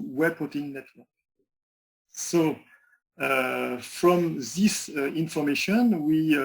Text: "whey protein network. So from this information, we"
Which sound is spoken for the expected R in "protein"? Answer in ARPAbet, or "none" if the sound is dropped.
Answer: none